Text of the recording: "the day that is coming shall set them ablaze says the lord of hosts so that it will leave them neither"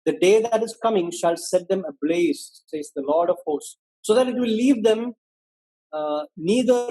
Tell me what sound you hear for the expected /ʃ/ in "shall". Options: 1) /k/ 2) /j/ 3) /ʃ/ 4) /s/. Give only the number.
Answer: 3